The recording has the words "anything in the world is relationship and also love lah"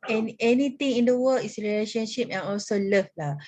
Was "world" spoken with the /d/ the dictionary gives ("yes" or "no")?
no